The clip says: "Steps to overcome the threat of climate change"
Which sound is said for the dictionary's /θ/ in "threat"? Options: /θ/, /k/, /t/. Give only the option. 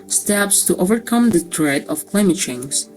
/t/